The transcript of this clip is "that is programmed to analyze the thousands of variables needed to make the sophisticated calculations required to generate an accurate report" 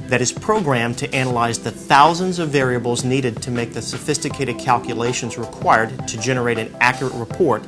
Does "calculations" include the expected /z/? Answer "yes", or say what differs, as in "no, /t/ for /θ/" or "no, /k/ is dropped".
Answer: yes